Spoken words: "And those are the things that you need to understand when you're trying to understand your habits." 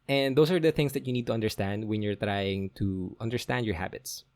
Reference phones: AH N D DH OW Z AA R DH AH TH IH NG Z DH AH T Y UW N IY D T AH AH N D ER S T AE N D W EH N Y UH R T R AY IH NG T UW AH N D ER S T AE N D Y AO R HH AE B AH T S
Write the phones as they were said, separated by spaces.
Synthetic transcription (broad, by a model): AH N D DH OW S AA R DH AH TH IH NG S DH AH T Y UW N IY D T AH AH N D ER S T AE N D W EH N Y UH R T R AY IH NG T UW AH N D ER S T AE N D Y AO R HH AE B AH T S